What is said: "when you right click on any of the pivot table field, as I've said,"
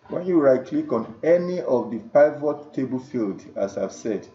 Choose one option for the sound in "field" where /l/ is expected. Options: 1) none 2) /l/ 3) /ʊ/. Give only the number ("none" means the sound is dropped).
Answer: 2